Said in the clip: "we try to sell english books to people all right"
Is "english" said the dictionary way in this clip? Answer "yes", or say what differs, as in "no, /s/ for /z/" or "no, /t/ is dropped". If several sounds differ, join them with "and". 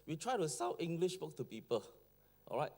yes